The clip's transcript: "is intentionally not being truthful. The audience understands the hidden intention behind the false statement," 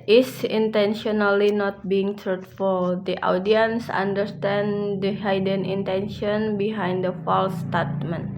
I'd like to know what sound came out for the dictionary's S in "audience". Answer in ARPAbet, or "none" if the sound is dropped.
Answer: S